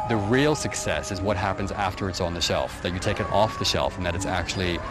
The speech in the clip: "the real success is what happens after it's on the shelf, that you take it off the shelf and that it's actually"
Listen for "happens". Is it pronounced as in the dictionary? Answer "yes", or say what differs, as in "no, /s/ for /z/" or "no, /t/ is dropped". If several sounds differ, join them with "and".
yes